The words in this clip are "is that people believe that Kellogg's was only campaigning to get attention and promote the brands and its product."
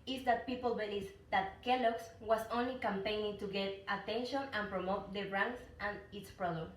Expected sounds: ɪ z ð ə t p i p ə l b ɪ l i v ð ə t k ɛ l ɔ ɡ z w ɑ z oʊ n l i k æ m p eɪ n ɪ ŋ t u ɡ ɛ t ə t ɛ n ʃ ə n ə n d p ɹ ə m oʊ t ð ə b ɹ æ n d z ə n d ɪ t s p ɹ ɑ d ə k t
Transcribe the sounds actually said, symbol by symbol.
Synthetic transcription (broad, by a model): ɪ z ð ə t p i p ə l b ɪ l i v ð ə t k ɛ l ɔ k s w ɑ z oʊ n l i k æ m p eɪ n ɪ ŋ t u ɡ ɛ t ə t ɛ n ʃ ə n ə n p ɹ ə m oʊ t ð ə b ɹ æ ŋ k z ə n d ɪ t s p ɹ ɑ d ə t